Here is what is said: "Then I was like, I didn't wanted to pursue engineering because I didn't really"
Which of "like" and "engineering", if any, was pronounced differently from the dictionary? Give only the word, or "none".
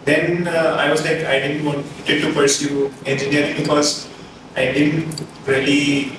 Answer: engineering